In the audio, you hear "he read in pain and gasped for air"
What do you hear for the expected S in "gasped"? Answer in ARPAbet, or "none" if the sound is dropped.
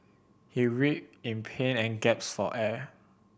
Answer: none